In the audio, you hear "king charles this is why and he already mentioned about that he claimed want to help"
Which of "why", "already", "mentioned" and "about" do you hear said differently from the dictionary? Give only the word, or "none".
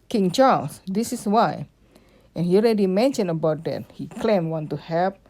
mentioned